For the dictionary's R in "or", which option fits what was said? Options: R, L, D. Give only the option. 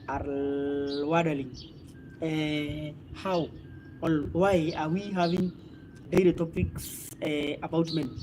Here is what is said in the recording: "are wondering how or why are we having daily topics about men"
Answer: L